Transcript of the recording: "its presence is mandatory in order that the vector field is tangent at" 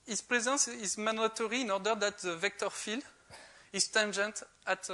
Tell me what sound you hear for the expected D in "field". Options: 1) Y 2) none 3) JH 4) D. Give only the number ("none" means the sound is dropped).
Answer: 2